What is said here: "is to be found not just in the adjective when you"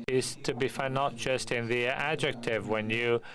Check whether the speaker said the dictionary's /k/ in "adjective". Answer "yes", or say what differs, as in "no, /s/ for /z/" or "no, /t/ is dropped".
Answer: yes